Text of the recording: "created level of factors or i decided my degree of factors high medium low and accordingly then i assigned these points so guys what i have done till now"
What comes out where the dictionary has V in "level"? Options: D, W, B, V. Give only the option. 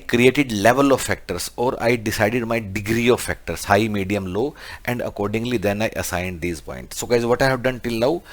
V